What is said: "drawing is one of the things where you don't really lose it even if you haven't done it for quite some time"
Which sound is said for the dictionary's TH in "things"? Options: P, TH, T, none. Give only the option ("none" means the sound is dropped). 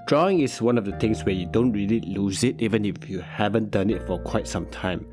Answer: T